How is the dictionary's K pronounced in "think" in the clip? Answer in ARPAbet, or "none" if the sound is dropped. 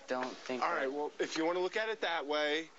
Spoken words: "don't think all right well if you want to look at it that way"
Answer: none